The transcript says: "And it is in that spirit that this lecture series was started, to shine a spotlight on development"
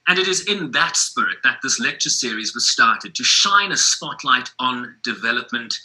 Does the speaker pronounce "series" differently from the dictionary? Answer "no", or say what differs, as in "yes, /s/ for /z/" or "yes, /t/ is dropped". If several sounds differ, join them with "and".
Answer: no